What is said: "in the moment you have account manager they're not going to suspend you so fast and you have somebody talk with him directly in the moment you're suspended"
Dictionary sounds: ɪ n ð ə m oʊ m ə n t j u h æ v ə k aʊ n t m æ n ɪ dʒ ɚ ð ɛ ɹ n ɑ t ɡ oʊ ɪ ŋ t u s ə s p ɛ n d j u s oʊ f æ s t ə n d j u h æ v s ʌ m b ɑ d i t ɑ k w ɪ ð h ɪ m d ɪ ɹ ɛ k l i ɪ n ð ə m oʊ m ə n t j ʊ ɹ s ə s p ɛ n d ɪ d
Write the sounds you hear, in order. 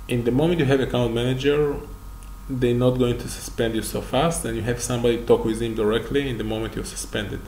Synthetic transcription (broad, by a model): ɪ n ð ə m oʊ m ə n t j u h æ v ə k aʊ n t m æ n ɪ dʒ ɚ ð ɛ n ɑ t ɡ oʊ ɪ ŋ t u s ə s p ɛ n d j u s oʊ f æ s t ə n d j u h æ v s ʌ m b ɑ d i t ɑ k w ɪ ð h ɪ m d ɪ ɹ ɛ k l i ɪ n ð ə m oʊ m ə n t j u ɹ s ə s p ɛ n d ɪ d